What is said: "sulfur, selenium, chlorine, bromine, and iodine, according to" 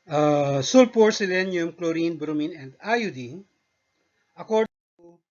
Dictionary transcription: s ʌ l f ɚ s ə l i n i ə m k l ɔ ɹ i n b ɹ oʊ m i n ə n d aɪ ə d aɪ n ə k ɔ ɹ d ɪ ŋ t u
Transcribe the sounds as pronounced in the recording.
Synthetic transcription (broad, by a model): s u l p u s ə l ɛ n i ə m k l ɔ ɹ i n b ɹ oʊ m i n ə n d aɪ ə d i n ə k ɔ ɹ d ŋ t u